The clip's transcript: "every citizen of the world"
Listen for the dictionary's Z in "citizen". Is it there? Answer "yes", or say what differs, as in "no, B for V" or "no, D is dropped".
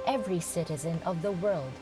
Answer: yes